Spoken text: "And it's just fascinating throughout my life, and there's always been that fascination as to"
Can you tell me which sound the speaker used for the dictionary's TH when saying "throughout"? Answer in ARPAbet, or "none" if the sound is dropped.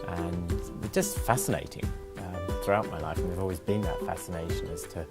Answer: TH